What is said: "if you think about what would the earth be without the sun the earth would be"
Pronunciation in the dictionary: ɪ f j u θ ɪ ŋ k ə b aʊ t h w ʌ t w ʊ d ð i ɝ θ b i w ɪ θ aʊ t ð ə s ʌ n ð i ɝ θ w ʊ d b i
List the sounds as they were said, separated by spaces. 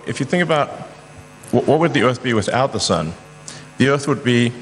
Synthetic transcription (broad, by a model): ɪ f j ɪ θ ɪ ŋ k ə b aʊ t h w ʌ t w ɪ d ð i ɝ θ b i w ɪ θ aʊ t ð ə s ʌ n ð i ɝ θ w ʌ d b i